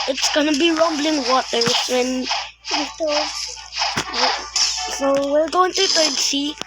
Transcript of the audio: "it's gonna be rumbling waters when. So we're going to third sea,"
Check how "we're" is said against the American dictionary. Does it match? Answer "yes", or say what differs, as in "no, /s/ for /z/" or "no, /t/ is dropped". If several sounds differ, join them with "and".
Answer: no, /l/ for /ɹ/